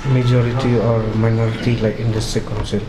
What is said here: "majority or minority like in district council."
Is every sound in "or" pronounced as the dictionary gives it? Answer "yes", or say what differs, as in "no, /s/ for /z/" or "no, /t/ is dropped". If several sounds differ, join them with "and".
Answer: yes